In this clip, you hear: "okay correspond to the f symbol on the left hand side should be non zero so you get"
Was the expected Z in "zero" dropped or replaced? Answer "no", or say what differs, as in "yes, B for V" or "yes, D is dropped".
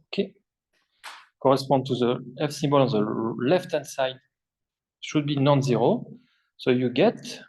no